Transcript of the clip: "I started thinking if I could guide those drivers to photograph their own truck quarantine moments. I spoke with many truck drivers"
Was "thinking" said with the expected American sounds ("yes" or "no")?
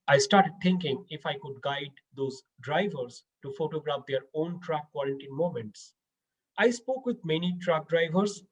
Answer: no